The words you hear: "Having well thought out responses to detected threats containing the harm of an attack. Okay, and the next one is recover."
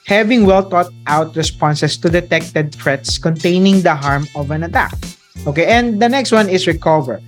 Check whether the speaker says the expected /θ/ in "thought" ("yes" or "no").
no